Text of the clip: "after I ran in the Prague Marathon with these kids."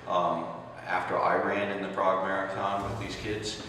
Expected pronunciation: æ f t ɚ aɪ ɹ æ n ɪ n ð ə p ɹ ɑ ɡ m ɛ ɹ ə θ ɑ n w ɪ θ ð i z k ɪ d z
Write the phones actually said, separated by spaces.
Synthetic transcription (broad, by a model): æ f t ɚ aɪ ɹ æ n ɪ n ð ə b ɹ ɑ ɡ m ɛ ɹ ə t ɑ n w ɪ ð i z k ɪ d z